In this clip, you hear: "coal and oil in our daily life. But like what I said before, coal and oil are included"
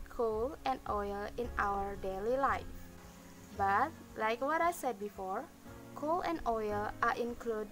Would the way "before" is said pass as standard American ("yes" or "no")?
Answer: yes